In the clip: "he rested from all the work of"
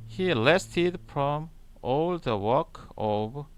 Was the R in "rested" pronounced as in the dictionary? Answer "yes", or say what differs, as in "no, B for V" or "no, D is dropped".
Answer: no, L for R